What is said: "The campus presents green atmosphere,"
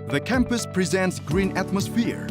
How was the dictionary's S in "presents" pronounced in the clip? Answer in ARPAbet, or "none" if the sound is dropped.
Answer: S